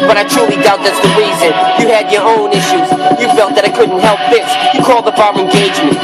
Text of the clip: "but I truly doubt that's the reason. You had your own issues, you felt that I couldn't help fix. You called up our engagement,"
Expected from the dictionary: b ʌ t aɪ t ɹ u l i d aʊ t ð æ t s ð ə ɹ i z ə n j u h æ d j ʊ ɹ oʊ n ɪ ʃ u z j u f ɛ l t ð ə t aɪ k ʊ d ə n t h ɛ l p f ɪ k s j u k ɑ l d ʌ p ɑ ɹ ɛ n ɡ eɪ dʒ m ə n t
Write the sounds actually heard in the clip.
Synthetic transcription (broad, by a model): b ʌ t aɪ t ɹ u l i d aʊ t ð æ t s ð ə ɹ i z ə n j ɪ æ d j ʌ ɹ oʊ n ɪ ʃ u z j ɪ f ɛ l t ð ə t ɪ k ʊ d n t h ɛ l p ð ɪ s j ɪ k ɑ l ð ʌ b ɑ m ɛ n ɡ eɪ dʒ m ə n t